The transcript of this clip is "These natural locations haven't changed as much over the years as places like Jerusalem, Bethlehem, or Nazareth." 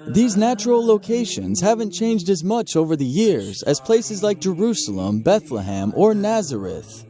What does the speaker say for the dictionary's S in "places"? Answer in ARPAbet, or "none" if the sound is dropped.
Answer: S